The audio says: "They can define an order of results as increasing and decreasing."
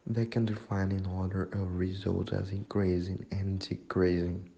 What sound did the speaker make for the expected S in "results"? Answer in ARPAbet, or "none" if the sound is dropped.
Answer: none